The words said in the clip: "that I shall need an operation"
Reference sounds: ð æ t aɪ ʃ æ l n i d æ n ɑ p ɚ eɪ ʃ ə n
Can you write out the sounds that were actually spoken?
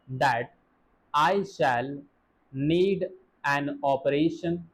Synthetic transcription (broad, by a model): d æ t aɪ ʃ æ l n i d æ n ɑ p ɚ eɪ ʃ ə n